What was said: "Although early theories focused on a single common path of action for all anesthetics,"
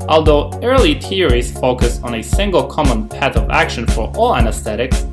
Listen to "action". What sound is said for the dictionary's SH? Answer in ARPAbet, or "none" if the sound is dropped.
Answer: SH